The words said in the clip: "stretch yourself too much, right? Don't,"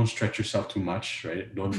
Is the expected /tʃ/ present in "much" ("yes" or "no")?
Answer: yes